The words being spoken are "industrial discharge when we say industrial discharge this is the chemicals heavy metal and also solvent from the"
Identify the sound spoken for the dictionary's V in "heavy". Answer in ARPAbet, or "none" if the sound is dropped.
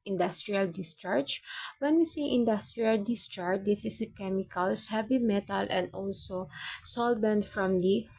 B